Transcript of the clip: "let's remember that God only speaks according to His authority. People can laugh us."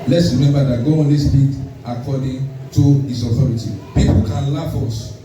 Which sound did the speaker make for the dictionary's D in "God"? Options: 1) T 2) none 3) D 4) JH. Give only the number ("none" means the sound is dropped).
2